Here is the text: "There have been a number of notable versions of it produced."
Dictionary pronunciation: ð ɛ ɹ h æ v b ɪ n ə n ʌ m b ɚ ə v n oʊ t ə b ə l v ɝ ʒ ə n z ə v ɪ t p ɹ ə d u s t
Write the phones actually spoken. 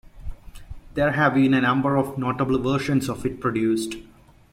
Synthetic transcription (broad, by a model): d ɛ ɹ h æ v b ɪ n ə n ʌ m b ɚ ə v n oʊ t ə b ə l v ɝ ʃ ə n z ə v ɪ t p ɹ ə d u s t